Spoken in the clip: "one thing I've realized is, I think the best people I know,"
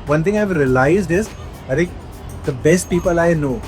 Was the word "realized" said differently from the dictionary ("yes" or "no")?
no